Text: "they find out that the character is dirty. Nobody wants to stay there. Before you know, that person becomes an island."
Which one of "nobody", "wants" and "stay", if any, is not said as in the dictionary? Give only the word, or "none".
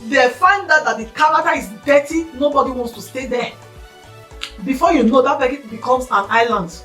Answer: none